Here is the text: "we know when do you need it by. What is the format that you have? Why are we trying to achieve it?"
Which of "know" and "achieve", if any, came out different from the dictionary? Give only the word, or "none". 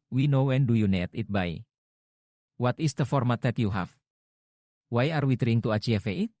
achieve